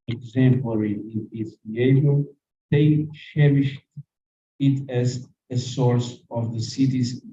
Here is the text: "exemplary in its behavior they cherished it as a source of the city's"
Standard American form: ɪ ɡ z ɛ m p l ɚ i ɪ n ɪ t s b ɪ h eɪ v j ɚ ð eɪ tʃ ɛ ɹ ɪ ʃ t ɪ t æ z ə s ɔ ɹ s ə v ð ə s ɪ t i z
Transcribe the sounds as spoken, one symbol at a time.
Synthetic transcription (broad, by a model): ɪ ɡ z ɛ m p l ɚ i ɪ n ɪ t s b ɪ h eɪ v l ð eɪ ʃ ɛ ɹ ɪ ʃ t ɪ t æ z ə s ɔ ɹ s ə v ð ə s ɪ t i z